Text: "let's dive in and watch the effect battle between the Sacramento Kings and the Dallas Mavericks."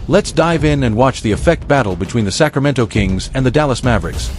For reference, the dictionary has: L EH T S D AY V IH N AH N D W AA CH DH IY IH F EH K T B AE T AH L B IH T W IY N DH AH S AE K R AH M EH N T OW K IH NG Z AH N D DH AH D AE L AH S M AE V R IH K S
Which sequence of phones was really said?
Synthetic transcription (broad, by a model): L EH T S D AY V IH N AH N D W AA CH DH IY IH F EH K T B AE T L B IH T W IY N DH AH S AE K R AH M EH N T OW K IH NG Z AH N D DH AH D AE L AH S M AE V R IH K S